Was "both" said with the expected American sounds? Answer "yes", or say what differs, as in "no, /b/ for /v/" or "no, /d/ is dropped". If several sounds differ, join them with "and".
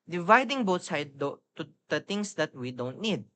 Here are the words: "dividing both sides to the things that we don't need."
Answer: no, /t/ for /θ/